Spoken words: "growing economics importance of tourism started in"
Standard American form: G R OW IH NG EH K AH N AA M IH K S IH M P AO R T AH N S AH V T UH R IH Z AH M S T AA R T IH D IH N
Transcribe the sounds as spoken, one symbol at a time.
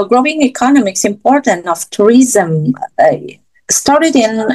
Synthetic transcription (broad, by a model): G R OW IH NG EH K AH N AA M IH K S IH M P AO R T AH N AH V T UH R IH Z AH M S T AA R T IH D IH N